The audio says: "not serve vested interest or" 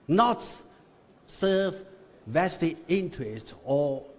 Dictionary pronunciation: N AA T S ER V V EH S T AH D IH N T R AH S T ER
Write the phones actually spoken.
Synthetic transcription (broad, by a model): N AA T S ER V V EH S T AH IH N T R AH S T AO